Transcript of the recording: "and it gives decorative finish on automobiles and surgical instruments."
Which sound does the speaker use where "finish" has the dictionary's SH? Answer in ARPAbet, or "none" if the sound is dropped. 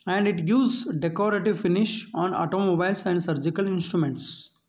SH